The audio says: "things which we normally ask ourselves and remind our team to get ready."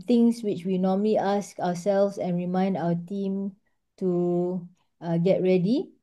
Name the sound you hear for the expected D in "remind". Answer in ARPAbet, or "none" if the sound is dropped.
D